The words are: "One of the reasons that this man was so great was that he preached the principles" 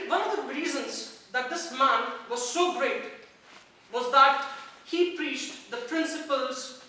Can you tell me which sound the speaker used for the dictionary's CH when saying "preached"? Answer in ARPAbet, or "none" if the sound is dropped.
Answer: CH